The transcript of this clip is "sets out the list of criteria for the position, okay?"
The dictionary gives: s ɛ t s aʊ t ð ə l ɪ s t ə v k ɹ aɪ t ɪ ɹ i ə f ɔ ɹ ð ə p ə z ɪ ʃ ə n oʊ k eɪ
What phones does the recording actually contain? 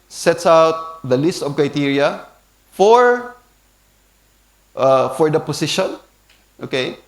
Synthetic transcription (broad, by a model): s ɛ t s aʊ t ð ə l ɪ s t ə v k ɹ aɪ t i ɹ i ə f ɔ ɹ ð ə p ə s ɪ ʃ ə n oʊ k eɪ